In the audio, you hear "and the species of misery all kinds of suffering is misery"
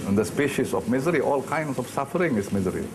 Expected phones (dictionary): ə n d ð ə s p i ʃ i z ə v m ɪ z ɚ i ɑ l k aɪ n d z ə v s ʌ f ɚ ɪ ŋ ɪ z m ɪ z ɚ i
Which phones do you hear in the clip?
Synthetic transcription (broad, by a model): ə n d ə s p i ʃ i s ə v m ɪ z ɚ i ɑ l k aɪ n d s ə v s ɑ f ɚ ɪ ŋ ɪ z m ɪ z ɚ i